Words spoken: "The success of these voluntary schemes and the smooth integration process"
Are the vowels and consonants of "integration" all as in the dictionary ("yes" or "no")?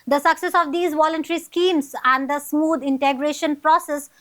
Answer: yes